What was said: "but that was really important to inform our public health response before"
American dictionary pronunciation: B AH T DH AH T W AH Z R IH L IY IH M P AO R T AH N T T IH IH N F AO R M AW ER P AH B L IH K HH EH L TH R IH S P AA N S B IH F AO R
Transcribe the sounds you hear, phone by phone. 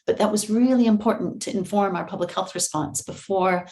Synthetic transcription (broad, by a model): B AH T DH AH T W AH Z R IH L IY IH M P AO R T N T T IH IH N F AO R M AW ER P AH B L IH K HH EH L TH R IH S P AA N S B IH F AO R